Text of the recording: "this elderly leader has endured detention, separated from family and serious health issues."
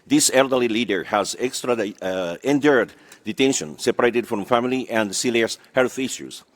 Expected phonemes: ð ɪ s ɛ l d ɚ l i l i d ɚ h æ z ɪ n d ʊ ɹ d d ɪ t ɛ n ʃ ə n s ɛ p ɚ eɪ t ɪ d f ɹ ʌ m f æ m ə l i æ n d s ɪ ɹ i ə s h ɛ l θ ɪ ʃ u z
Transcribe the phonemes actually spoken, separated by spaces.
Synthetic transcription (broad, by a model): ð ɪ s ɛ l d ɚ l i l i d ɚ h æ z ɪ n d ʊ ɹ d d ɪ t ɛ n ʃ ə n s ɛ p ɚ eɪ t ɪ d f ɹ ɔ m f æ m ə l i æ n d s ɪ l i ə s h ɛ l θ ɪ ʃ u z